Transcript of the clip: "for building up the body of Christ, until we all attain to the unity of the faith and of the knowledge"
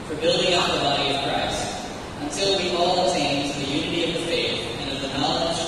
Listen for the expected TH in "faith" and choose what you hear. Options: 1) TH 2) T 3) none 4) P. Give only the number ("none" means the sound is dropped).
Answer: 1